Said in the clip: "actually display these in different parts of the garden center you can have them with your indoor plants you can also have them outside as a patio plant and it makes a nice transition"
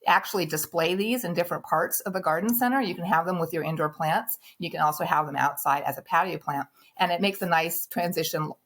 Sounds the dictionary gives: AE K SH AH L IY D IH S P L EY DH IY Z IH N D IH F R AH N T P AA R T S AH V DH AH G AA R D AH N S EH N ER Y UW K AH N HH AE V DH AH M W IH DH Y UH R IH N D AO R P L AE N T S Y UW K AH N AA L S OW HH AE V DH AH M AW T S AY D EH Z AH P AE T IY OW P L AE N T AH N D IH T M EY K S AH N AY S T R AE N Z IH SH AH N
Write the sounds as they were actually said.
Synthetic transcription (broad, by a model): AE K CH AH L IY D IH S P L EY DH IY Z IH N D IH F R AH N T P AA R T S AH V DH AH G AA R D N S EH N ER Y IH K AH N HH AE V DH AH M W IH DH Y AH R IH N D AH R P L AE N T S Y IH K AH N AA L S OW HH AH V DH AH M AW T S AY D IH Z AH P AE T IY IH P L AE N T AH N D IH T M EY K S AH N AY S T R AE N Z IH SH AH N